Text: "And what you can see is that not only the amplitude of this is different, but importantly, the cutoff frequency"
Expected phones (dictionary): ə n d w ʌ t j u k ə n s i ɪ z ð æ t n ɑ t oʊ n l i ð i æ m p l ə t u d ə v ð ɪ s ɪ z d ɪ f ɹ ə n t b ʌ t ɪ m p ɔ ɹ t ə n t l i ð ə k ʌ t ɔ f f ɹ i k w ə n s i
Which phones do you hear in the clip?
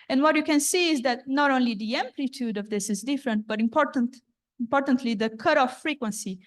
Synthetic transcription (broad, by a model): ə n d w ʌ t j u k ə n s i ɪ z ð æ t n ɑ t oʊ n l i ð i æ m p l ə t u d ə v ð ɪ s ɪ z d ɪ f ɹ ə n t b ʌ t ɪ m p ɔ ɹ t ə n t l i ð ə k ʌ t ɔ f f ɹ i k w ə n s i